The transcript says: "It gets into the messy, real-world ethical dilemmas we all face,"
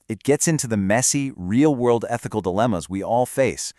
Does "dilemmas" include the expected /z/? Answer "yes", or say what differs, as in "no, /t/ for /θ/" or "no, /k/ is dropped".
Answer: yes